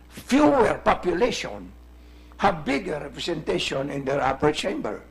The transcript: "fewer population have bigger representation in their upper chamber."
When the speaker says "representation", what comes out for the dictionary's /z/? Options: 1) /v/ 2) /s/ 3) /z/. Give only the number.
2